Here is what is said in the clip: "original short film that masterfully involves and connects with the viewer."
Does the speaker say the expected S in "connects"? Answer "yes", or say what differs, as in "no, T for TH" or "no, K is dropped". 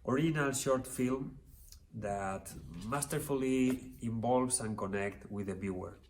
no, S is dropped